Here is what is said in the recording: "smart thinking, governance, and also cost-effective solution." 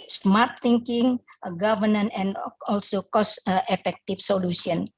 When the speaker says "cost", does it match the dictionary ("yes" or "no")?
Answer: yes